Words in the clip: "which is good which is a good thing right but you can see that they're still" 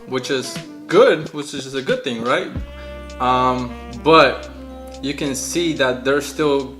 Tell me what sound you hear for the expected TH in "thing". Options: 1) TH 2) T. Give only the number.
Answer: 1